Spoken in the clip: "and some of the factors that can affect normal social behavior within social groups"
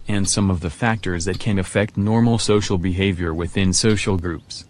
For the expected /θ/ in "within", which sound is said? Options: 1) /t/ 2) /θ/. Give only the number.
2